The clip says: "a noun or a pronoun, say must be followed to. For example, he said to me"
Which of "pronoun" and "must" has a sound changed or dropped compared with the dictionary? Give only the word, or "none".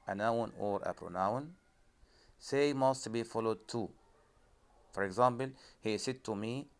none